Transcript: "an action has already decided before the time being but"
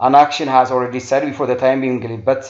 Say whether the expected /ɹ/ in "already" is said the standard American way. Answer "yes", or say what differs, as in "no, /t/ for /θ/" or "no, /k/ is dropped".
yes